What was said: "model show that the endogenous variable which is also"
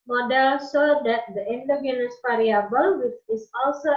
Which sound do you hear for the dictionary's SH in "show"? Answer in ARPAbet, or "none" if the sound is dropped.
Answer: S